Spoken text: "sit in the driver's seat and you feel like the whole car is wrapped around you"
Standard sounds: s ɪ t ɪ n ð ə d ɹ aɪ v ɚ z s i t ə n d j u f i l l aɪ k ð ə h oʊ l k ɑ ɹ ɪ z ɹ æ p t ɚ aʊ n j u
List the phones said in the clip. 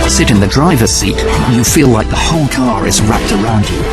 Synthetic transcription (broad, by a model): s ɪ t ɪ n ð ə d ɹ aɪ v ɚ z s i t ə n j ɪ f i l l aɪ k ð ə h oʊ l k ɑ ɹ ɪ z ɹ æ p t ɚ aʊ n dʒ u